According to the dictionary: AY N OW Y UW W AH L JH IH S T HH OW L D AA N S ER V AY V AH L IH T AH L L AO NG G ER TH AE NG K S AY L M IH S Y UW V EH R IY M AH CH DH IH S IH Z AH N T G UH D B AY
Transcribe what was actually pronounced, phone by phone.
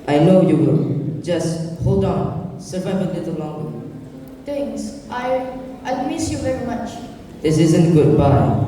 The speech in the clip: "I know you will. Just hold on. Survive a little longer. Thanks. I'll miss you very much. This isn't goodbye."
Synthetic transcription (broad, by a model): AY N OW Y UW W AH JH IH S T HH OW L D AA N S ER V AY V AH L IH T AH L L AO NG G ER T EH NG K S AY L M IH S Y UW V EH R IY M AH CH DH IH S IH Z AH N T G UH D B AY